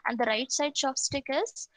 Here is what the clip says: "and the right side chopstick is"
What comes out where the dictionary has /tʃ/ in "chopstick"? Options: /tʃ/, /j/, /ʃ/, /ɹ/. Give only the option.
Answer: /ʃ/